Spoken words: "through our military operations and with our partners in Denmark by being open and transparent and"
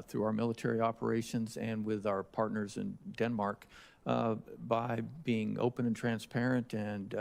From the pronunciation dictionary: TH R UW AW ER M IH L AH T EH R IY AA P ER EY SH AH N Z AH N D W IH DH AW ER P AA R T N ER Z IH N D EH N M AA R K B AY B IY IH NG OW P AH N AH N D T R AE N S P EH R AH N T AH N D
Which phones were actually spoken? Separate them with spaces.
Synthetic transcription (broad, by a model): TH R UW AW ER M IH L AH T EH R IY AA P ER EY SH AH N Z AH N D W IH DH AW ER P AA R T N ER Z IH N D EH N M AA R K B AY B IY IH NG OW P AH N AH N T R AE N S P EH R AH N T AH N